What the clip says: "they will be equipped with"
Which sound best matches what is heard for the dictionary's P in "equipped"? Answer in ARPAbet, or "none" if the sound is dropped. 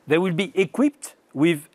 P